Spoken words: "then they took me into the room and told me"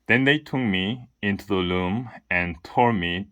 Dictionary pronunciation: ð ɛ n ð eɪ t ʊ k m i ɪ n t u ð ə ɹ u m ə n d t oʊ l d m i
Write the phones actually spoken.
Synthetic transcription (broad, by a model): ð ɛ n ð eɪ t ʊ k m i ɪ n t u ð ə l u m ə n t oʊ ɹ m i